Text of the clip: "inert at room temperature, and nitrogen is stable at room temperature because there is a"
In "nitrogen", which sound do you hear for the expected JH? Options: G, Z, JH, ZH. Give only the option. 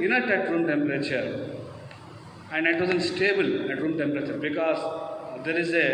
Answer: Z